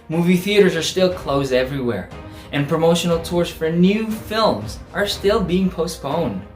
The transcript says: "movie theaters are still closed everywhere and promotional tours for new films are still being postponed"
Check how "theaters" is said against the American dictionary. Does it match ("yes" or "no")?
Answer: yes